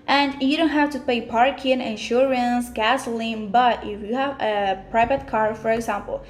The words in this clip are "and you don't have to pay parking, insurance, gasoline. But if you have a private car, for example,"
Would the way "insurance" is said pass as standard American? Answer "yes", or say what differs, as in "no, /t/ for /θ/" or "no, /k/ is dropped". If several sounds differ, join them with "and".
yes